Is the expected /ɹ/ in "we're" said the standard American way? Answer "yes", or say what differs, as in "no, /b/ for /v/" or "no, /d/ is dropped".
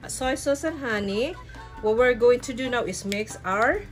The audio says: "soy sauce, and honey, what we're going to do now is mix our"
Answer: yes